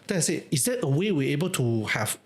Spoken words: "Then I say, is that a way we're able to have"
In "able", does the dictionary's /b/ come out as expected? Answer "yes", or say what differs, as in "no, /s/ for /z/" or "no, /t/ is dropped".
yes